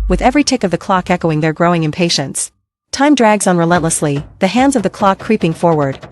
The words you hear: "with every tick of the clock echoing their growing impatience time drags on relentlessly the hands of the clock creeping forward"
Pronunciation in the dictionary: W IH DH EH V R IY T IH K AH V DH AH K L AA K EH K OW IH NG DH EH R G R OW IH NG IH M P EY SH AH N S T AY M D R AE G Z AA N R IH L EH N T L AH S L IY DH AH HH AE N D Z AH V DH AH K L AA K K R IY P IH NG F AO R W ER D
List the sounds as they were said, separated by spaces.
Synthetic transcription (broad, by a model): W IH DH EH V R IY T IH K AH V DH AH K L AA K EH K OW IH NG DH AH R G R OW IH NG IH M P EY SH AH N S T AY M D R AE G Z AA N R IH L EH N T L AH S L IY DH AH HH AE N D Z AH V DH AH K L AA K K R IY P IH NG F AO R W ER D